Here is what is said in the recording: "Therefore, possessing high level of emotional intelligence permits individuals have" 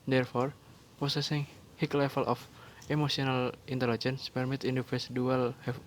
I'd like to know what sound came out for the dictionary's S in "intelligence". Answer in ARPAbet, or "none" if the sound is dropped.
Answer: S